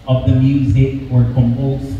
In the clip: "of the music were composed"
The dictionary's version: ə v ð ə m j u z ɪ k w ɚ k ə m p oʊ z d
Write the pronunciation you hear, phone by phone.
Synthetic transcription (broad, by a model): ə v ð ə m j u z ɪ k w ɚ k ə m p oʊ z